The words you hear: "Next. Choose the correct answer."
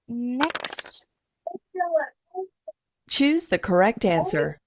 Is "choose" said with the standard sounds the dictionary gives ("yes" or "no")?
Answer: yes